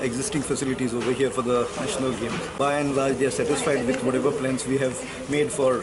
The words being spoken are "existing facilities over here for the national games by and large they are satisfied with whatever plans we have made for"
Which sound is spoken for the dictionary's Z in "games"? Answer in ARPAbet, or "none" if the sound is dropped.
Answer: none